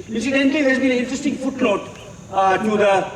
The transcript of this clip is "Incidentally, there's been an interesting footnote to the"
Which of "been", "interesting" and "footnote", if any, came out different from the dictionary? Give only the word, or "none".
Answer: footnote